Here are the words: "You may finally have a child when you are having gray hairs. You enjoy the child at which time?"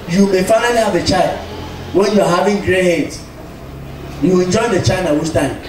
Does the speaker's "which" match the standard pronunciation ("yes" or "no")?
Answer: no